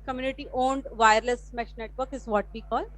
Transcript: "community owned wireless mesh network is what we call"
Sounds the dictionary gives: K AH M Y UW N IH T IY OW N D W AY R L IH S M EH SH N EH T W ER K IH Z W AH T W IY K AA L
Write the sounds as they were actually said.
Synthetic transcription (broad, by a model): K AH M Y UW N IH T IY OW N D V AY R L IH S M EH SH N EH T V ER K IH Z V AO T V IY K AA L